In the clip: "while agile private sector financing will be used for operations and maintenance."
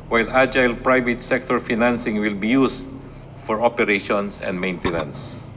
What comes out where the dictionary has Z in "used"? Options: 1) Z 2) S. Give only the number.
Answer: 2